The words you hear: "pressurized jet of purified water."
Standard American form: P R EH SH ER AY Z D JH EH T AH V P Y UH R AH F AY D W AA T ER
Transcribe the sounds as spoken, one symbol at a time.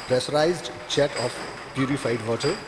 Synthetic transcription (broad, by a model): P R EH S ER AY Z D CH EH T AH P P Y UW R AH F AY D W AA T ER